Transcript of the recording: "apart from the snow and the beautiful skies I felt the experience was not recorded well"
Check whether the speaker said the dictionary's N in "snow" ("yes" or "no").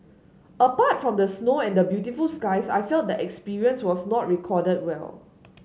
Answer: yes